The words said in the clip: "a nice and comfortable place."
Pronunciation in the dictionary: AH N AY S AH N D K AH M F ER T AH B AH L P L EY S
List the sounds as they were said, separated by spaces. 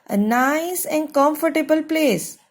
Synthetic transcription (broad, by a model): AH N AY S AH N D K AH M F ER T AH B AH L P L EY S